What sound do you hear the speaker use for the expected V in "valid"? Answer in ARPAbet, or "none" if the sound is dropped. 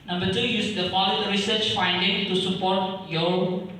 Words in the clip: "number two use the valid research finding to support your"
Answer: P